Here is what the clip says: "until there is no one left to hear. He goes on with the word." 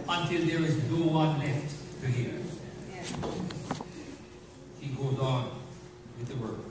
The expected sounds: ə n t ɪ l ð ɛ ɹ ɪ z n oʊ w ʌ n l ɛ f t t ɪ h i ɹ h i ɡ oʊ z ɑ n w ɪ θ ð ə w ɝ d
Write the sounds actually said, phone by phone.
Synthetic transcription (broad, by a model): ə n t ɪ l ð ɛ ɹ ɪ z n oʊ w ʌ n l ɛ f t t ɪ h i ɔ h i ɡ oʊ z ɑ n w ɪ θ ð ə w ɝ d